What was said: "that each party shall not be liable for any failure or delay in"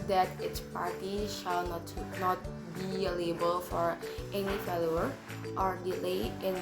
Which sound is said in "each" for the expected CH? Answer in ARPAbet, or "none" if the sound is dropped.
S